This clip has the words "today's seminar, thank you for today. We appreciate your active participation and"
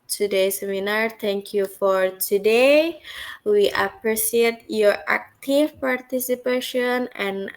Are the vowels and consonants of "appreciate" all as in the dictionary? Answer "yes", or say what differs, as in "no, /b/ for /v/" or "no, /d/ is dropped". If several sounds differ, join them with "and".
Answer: no, /s/ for /ʃ/